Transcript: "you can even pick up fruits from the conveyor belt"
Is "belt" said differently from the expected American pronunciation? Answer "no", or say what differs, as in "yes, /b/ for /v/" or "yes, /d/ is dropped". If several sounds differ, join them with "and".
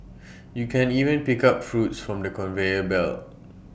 yes, /t/ is dropped